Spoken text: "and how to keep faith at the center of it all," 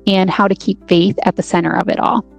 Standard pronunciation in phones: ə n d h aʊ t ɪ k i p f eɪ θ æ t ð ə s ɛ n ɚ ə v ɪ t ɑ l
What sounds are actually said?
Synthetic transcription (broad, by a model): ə n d h aʊ t ɪ k i p f eɪ θ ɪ t ð ə s ɛ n ɚ ə v ɪ t ɑ l